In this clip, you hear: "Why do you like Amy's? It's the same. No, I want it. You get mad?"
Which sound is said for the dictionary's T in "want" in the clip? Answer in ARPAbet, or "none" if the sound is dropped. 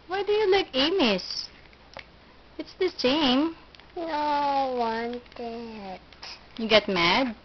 T